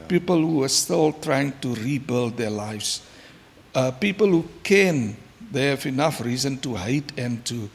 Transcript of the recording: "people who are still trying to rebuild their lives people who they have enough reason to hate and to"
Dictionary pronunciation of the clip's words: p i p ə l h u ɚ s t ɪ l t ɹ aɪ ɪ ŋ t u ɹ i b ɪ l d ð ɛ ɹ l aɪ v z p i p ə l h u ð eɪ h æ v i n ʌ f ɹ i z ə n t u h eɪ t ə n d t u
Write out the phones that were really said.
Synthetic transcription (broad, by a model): p i p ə l h u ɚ s t ɪ l t ɹ aɪ ɪ ŋ t u ɹ i b ɪ l d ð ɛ l aɪ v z p i p ə l h u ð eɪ h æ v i n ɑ f ɹ i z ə n t u h eɪ t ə n t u